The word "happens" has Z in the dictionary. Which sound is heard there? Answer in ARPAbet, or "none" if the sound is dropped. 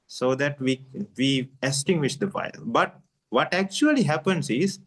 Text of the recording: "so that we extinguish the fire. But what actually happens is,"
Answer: S